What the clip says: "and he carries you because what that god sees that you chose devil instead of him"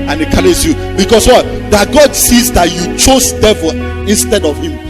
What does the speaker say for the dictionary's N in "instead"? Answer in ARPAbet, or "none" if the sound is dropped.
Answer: N